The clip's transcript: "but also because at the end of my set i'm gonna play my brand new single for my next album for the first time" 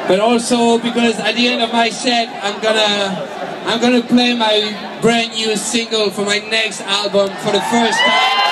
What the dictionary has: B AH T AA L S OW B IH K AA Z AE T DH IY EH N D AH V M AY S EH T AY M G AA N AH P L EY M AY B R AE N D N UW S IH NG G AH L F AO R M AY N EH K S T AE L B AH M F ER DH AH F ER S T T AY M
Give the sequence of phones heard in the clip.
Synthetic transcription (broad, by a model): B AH T AA L S OW B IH K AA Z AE T DH IY EH N D AH V M AY S EH T AY M G AA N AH P L EY M AY B R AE N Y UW S IH NG G AH L F AO R M AY N EH K S T AE L B AH M F ER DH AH F ER S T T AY